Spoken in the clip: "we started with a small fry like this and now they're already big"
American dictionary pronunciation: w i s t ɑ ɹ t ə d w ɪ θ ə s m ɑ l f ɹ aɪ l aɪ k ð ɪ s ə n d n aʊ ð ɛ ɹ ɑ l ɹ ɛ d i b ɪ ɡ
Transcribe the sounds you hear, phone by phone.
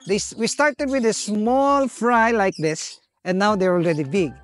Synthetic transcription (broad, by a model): w i s t ɑ ɹ t ə d w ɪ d ə s m ɑ l f ɹ aɪ l aɪ k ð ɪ s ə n n aʊ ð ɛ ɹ ɑ l ɹ ɛ d i b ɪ ɡ